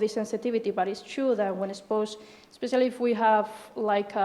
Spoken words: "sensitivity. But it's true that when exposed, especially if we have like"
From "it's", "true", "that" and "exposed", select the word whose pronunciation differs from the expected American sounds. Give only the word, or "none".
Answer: exposed